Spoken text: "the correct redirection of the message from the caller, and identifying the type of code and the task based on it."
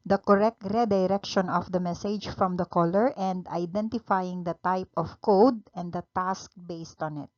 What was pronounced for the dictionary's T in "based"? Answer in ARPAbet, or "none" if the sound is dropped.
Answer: T